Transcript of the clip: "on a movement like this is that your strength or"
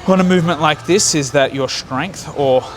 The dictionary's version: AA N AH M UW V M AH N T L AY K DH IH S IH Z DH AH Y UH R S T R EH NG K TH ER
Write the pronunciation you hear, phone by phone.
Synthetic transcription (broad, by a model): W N AH M UW V M AH N T L AY K DH IH S IH Z DH AH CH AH R S T R EH NG K TH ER